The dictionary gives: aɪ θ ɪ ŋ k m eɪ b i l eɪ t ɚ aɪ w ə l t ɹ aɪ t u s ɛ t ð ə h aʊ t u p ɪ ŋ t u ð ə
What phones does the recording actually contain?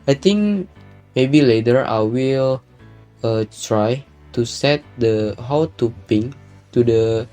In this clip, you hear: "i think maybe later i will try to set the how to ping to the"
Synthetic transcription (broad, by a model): aɪ t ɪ ŋ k m eɪ b i l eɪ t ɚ aɪ w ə l t ɹ aɪ t u s ɛ t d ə h aʊ t u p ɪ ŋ t u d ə